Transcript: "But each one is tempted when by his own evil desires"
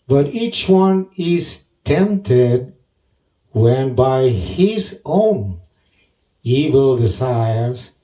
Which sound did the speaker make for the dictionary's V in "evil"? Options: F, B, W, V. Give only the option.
V